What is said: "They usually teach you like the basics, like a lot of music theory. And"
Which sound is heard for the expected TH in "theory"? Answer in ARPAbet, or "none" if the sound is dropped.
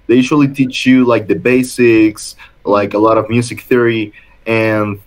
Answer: TH